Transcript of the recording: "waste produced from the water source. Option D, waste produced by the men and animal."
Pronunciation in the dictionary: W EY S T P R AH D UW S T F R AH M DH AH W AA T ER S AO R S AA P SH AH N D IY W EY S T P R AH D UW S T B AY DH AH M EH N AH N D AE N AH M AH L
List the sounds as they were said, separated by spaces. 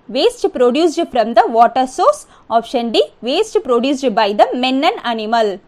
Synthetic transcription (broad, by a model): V EY S T P R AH D UW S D F R AH M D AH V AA T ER S AO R S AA F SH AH N D IY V EY S T P R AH D UW S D B AY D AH M EH N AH N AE N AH M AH L